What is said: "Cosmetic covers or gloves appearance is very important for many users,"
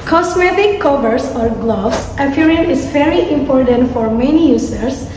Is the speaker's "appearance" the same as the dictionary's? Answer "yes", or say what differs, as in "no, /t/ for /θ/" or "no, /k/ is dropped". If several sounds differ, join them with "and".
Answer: no, /s/ is dropped